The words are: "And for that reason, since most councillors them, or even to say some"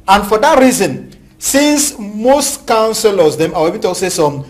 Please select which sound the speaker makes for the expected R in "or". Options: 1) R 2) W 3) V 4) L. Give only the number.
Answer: 2